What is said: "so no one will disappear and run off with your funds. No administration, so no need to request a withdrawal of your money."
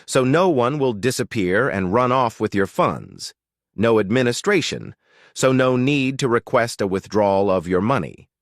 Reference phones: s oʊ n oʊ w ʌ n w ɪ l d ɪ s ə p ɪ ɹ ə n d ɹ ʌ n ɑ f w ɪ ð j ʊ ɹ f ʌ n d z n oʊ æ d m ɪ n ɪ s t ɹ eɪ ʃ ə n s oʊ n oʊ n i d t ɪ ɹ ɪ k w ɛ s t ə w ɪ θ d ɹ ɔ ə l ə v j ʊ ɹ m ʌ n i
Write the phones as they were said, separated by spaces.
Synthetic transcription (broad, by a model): s oʊ n oʊ w ʌ n w ɪ l d ɪ s ə p ɪ ɹ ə n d ɹ ʌ n ɑ f w ɪ ð j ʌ ɹ f ʌ n d z n oʊ æ d m ɪ n ɪ s t ɹ eɪ ʃ ə n s oʊ n oʊ n i d t ɪ ɹ ɪ k w ɛ s t ə w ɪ θ d ɹ ɔ l ə v j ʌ ɹ m ʌ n i